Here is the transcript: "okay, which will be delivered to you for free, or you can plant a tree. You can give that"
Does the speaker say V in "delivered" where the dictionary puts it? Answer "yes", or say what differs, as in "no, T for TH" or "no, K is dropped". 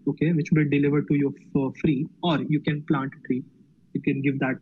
yes